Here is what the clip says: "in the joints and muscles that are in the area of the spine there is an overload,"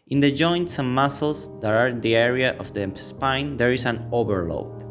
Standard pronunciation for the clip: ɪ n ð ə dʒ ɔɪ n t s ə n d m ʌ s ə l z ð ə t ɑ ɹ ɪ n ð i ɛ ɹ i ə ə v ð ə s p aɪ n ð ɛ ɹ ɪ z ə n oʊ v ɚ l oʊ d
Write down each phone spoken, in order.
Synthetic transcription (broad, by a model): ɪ n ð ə dʒ ɔɪ n t s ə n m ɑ s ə l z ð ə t ɑ ɹ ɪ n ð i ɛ ɹ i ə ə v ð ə s p aɪ n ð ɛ ɹ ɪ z ə n oʊ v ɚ l oʊ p